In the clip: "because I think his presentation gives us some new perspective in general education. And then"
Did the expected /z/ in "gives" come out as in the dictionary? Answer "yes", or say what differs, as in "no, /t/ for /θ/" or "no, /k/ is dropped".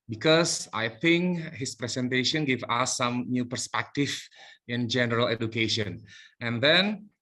no, /z/ is dropped